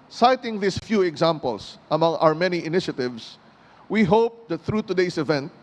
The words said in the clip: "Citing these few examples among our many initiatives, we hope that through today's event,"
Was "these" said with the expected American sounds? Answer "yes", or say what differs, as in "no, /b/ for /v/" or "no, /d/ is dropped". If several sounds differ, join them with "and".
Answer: no, /s/ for /z/